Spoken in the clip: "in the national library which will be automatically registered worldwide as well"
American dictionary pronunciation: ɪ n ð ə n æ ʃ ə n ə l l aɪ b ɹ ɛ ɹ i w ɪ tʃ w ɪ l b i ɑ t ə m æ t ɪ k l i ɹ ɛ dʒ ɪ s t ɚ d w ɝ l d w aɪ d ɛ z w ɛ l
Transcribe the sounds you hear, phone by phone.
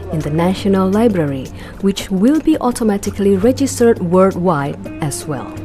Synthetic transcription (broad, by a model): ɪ n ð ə n æ ʃ ə n ə l l aɪ b ɹ ɛ ɹ i w ɪ tʃ w ɪ l b i ɑ t ə m æ t ɪ k l i ɹ ɛ dʒ ɪ s t ɚ d w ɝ d w aɪ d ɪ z w ɛ l